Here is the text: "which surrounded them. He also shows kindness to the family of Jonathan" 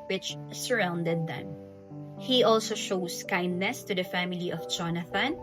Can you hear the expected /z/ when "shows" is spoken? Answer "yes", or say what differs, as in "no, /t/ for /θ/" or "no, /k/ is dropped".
no, /s/ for /z/